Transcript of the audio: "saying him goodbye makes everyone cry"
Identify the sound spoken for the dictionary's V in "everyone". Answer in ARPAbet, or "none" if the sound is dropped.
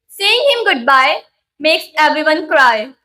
B